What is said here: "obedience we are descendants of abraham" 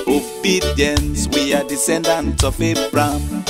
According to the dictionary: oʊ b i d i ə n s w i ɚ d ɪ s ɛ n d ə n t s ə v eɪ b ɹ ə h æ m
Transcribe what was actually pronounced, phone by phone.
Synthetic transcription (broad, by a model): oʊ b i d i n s w i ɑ d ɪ s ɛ n d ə n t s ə f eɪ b ɹ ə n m